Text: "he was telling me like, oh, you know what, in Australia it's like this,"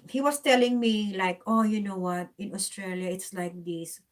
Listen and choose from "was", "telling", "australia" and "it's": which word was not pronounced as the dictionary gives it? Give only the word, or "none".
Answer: was